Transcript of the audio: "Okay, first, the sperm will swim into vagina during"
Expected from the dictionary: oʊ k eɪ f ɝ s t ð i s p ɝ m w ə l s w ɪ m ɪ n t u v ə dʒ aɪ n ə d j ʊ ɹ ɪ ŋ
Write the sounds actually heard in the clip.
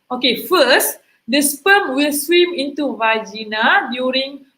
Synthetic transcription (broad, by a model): oʊ k eɪ f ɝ s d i s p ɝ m w ə l s w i m ɪ n t u v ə dʒ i n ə d j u ɹ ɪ ŋ